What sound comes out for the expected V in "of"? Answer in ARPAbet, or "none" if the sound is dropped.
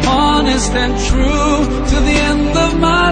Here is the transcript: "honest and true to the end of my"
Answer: V